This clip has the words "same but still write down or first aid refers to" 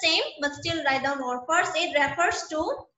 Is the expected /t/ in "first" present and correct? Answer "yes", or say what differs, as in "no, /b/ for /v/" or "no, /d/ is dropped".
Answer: no, /t/ is dropped